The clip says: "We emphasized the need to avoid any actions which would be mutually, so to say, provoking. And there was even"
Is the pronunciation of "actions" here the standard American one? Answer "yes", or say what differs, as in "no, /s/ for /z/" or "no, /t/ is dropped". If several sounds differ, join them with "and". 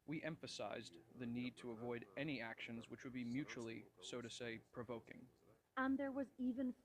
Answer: yes